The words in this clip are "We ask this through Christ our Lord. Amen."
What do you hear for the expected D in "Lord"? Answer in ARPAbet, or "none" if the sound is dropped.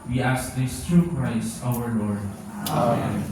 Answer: D